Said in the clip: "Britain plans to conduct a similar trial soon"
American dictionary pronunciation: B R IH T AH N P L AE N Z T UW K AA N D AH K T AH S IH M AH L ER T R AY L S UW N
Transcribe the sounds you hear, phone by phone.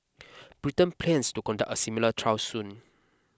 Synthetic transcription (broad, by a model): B R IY T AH N P L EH N S T UW K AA N D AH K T AH S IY M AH L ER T R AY W S UW N